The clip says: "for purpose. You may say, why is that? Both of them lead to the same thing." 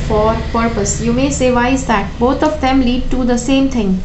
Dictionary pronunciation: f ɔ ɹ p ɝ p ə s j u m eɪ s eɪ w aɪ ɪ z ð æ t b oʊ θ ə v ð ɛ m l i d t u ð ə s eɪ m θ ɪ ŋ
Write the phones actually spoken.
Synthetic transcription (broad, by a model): f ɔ ɹ p ɝ p ə s j u m eɪ s eɪ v aɪ ɪ z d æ t b oʊ t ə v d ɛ m l i d t u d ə s eɪ m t ɪ ŋ